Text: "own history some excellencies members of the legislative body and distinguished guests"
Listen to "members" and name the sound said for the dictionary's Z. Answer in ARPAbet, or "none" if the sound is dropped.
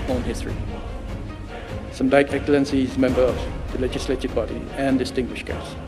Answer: none